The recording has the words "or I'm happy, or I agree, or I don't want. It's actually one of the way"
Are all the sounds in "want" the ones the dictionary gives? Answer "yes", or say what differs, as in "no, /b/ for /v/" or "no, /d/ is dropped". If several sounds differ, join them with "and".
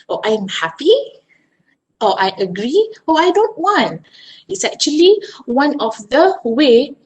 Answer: yes